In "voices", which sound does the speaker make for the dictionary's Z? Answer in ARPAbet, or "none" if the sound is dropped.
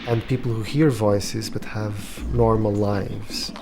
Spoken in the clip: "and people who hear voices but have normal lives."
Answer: Z